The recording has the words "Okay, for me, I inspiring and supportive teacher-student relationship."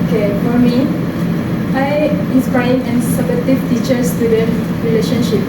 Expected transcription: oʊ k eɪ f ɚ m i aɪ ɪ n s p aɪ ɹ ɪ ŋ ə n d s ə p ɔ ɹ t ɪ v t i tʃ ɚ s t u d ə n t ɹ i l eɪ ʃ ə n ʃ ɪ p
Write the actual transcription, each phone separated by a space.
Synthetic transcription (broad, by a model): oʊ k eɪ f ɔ m i aɪ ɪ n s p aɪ ɪ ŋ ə n s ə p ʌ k t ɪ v t i tʃ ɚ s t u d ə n ɹ i l eɪ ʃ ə n ʃ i p